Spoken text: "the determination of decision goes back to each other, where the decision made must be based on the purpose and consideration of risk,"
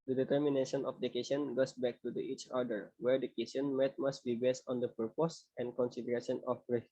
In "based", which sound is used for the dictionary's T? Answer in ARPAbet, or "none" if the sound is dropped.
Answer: T